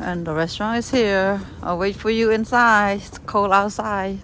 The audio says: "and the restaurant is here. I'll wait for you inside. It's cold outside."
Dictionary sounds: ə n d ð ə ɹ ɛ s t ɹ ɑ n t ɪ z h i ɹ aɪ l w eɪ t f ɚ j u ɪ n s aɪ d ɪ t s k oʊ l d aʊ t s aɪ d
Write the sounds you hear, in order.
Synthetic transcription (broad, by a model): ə n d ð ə ɹ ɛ s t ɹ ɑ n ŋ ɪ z h i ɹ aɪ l w eɪ t f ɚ j u ɪ n s aɪ d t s k oʊ l aʊ t s aɪ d